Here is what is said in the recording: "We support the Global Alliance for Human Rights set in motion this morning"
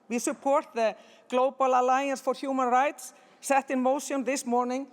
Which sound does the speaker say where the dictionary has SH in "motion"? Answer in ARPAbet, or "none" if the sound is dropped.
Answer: S